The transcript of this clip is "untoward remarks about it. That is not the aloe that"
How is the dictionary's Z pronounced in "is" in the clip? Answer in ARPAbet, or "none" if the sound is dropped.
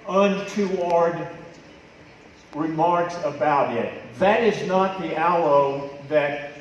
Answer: Z